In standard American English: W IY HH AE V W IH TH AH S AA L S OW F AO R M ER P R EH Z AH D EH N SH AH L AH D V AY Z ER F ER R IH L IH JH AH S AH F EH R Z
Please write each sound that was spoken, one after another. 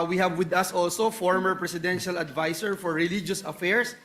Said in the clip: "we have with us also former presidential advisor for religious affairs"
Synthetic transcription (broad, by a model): W IY HH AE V W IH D AH S AA L S OW F AO R M ER P R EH S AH D EH N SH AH L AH D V AY S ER F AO R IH L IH JH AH S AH F EH R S